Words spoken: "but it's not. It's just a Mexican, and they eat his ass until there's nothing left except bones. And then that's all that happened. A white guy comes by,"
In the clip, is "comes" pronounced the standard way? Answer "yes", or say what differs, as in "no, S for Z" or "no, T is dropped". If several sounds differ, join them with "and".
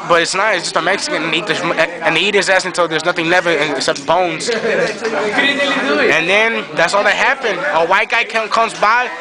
yes